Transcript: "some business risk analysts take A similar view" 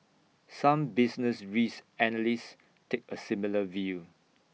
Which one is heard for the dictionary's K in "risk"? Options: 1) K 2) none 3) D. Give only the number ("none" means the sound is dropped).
2